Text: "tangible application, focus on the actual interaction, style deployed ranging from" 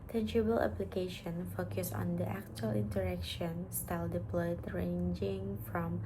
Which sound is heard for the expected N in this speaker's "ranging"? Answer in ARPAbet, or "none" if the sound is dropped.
N